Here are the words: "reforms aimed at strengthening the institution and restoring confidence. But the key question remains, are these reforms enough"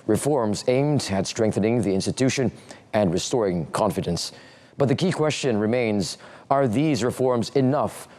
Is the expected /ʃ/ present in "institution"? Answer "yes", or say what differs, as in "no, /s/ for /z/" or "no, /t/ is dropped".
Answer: yes